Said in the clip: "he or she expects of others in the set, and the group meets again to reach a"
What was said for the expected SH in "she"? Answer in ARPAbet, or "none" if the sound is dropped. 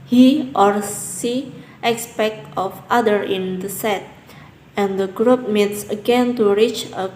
S